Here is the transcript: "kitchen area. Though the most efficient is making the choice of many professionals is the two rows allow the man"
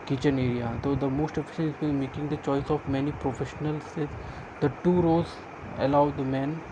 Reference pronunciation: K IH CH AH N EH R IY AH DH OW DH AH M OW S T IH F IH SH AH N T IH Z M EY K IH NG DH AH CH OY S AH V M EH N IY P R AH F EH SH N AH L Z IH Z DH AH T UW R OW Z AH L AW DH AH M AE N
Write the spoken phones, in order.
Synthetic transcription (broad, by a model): K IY CH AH N EH R IY AH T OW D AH M OW S T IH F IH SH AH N IH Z M EY K IH NG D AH CH OY S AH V M EH N IY P R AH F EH SH N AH L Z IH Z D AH T UW R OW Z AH L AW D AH M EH N